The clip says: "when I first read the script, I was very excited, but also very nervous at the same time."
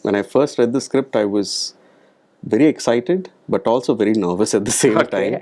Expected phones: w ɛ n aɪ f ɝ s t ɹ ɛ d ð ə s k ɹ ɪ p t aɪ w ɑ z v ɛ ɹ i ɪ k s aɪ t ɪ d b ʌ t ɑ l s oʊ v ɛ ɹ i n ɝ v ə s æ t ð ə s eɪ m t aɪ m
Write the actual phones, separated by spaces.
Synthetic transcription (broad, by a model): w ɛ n aɪ f ɝ s t ɹ ɛ d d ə s k ɹ ɪ p t aɪ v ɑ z v ɛ ɹ i ɪ k s aɪ t ɪ d b ʌ t ɑ l s oʊ v ɛ ɹ i n ɝ v ə s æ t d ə s eɪ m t aɪ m